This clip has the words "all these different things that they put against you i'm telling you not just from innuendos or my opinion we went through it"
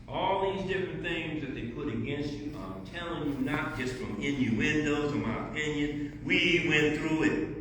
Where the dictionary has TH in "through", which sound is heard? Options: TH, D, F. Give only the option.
TH